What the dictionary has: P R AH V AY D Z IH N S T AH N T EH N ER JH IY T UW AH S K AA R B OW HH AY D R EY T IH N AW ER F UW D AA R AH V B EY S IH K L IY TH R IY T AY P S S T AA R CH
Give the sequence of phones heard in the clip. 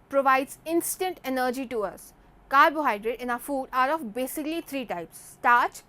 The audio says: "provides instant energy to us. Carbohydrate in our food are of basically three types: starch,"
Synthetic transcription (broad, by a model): P R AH V AY D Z IH N S T AH N T EH N ER JH IY T UW AH S K AA R B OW HH AY D R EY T IH N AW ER F UW D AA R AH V B EY S IH K L IY T R IY T AY P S S T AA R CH